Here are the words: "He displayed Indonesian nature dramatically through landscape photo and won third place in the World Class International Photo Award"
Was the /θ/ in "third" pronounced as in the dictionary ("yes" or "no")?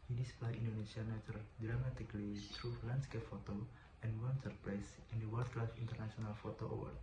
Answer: no